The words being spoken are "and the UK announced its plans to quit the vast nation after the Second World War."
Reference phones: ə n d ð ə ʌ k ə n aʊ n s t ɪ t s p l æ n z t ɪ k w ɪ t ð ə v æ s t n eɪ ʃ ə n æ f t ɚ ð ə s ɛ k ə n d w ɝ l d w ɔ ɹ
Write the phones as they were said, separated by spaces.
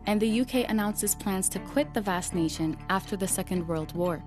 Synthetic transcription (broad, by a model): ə n ð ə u k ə n aʊ n s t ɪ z p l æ n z t ɪ k w ɪ t ð ə v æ s n eɪ ʃ ə n æ f t ɚ ð ə s ɛ k ə n d w ɝ l d w ɔ ɹ